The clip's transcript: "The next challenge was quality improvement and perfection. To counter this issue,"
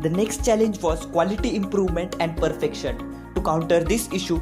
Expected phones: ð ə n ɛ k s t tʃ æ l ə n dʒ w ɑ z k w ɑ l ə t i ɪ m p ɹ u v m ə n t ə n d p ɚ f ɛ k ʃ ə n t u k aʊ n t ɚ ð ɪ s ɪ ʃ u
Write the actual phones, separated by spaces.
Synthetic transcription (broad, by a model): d ə n ɛ k s t tʃ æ l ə n dʒ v ɑ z k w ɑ l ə t i ɪ m p ɹ u v m ə n t ə n d p ɚ f ɛ k ʃ ə n t u k aʊ n t ɚ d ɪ s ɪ ʃ u